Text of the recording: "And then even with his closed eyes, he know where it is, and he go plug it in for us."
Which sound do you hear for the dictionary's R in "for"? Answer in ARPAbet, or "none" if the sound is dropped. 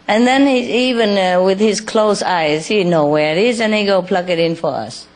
R